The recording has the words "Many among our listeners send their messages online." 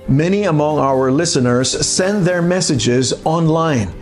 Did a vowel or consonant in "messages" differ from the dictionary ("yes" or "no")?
no